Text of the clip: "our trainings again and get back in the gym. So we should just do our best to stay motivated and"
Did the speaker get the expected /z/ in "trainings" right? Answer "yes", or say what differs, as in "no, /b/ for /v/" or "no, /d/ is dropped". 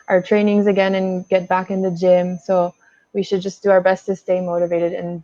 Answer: yes